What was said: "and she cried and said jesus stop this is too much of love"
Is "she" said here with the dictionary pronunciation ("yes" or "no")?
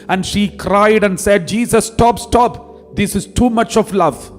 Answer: yes